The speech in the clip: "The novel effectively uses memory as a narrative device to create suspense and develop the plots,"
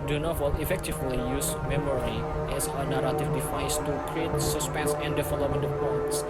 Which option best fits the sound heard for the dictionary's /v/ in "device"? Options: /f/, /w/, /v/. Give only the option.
/f/